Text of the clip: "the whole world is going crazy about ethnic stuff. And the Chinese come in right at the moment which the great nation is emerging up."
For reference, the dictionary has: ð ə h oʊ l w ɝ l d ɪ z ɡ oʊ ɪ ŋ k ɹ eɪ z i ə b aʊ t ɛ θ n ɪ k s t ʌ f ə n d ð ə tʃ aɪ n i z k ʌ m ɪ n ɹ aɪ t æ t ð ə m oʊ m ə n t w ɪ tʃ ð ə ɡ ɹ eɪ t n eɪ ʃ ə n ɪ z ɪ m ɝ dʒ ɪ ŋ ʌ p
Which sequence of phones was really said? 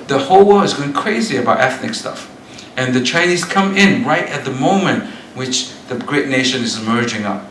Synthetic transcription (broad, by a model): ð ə h oʊ l w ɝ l ɪ z ɡ oʊ ɪ ŋ k ɹ eɪ z i ə b aʊ t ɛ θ n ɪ k s t ʌ f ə n ð ə tʃ aɪ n i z k ʌ m ɪ n ɹ aɪ t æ t ð ə m oʊ m ə n t w ɪ tʃ ð ə ɡ ɹ eɪ t n eɪ ʃ ə n ɪ z ɪ m ɝ dʒ ɪ ŋ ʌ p